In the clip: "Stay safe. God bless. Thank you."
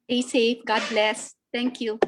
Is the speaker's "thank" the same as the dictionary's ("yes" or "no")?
no